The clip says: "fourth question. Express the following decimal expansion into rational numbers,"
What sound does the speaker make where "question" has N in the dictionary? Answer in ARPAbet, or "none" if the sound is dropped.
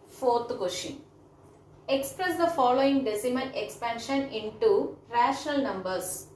none